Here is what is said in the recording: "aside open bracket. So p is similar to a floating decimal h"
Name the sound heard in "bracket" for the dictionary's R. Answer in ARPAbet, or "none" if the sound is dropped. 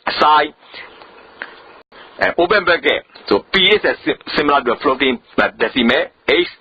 none